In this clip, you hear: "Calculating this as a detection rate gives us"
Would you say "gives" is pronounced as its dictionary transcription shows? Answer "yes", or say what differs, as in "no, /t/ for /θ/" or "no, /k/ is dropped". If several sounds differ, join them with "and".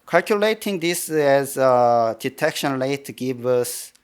no, /z/ is dropped